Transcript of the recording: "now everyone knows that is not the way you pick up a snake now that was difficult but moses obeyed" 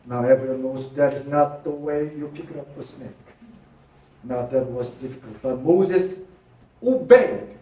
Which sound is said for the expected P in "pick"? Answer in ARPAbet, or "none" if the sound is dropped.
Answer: F